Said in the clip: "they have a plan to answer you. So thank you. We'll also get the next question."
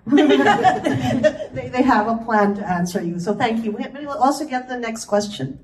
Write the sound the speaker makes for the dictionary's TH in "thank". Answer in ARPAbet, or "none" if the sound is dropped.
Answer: TH